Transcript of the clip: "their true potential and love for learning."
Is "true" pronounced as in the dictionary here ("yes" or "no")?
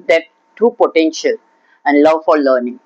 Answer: no